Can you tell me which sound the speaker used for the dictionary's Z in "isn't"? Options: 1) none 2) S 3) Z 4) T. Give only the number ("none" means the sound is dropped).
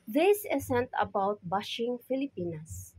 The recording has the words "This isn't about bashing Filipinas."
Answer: 2